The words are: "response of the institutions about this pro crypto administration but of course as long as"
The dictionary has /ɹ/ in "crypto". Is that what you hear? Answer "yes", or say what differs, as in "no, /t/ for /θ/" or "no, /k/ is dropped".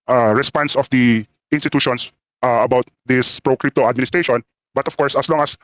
yes